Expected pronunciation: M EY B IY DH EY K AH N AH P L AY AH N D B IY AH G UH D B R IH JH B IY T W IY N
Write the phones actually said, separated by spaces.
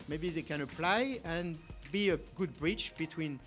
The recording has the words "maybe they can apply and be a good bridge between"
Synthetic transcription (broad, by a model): M EY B IY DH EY K AH N AH P L AY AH N B IY AH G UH D B R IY CH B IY T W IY N